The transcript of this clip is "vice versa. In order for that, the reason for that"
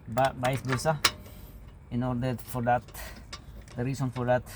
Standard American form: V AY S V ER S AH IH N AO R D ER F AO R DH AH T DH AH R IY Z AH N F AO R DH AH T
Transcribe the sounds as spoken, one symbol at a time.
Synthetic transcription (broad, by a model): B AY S B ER S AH IH N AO R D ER F AO R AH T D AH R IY S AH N F AO R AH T